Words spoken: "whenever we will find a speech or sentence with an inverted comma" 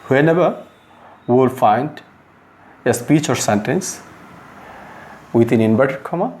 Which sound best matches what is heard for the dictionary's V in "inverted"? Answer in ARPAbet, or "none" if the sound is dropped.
B